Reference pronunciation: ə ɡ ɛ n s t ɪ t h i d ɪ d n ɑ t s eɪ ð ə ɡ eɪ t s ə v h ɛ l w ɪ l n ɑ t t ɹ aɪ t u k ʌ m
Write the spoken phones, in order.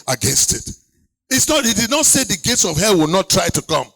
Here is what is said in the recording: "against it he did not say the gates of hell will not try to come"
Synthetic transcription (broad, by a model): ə ɡ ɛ n s t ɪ t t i d ɪ d n ɑ t s eɪ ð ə ɡ eɪ t s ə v h ɛ l w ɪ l n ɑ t t ɹ aɪ t u k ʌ m